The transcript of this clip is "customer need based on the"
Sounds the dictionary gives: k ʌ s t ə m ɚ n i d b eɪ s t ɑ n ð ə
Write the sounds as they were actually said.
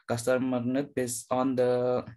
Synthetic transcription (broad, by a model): k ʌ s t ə m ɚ n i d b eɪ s ɑ n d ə